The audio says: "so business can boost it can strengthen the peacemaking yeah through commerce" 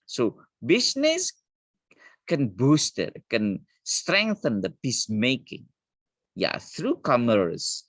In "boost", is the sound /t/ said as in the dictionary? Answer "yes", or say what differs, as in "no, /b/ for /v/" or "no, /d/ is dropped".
yes